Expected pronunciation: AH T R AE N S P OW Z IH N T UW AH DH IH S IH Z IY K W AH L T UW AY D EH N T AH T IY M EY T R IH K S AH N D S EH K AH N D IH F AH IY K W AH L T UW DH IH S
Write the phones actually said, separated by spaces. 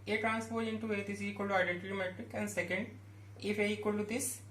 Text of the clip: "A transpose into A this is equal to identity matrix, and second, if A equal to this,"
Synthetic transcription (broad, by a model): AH T R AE N S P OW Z IH N T UW AH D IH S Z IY K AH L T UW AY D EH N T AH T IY M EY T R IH K AH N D S EH K AH N D IH F AH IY K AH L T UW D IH S